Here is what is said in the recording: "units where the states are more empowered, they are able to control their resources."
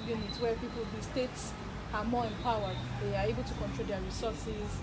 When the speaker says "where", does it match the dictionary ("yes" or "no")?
no